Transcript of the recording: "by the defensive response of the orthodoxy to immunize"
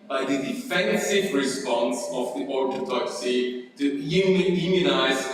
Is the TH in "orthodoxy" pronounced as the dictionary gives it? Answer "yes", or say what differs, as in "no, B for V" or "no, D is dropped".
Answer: no, T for TH